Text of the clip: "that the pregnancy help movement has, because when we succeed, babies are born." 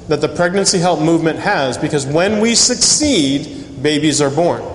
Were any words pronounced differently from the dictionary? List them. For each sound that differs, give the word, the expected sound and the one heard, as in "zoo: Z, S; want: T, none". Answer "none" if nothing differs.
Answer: none